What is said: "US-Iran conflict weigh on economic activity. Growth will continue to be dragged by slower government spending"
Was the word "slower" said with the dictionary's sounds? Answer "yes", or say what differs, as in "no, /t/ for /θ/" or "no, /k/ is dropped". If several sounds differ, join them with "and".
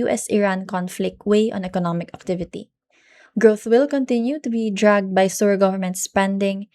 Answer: no, /l/ is dropped